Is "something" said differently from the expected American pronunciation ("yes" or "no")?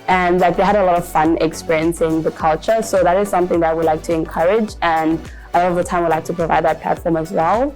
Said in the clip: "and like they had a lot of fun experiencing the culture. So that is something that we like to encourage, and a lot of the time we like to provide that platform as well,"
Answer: no